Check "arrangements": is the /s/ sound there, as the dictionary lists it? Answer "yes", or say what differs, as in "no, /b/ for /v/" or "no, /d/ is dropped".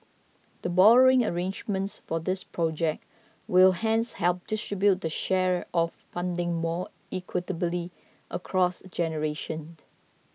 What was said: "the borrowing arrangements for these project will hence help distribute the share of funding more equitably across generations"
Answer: yes